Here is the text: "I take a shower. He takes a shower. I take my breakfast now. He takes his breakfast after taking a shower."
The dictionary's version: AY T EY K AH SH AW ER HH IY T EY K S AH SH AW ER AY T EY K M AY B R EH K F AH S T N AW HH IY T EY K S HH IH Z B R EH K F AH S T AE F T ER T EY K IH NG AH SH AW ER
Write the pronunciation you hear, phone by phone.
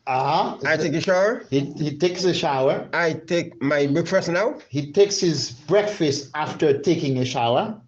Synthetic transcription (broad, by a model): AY T EY K AH SH AW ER HH IY T EY K S AH SH AW ER AY T EY K M AY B UH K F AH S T N AW HH IY T EY K S HH IH Z B R EH K F AH S T AE F T ER T EY K IH NG AH SH AW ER